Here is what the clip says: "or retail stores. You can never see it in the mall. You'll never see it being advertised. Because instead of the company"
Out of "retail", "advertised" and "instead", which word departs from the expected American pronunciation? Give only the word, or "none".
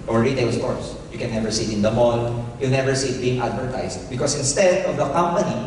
advertised